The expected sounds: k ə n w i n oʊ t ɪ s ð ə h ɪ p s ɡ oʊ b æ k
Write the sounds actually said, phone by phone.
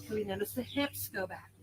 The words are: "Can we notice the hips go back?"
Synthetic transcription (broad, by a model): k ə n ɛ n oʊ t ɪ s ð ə h ɪ p s ɡ oʊ b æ k